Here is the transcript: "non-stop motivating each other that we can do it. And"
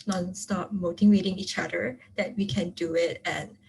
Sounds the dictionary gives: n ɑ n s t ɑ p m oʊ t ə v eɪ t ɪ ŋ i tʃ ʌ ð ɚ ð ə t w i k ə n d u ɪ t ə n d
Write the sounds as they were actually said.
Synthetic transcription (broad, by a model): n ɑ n s t ɑ p m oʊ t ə w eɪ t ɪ ŋ i tʃ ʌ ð ɚ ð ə t w i k ə n d u ɪ t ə n